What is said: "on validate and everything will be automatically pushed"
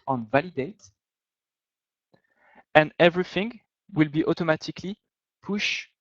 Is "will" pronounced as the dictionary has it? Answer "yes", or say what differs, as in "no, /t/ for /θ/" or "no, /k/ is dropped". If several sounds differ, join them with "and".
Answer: yes